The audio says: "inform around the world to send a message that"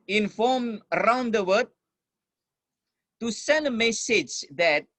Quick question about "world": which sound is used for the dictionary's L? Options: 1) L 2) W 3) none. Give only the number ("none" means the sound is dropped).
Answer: 3